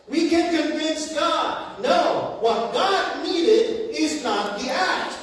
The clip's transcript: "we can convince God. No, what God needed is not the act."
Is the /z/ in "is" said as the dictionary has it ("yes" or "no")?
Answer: yes